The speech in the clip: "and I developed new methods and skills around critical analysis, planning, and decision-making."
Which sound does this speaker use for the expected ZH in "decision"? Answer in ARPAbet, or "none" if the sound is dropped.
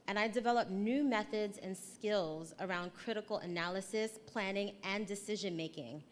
ZH